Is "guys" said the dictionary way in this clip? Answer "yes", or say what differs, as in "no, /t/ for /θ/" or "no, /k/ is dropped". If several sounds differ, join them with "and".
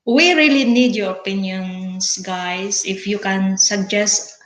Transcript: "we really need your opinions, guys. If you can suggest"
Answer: no, /s/ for /z/